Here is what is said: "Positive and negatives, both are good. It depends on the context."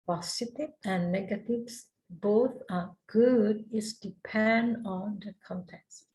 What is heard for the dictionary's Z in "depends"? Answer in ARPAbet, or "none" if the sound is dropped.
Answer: none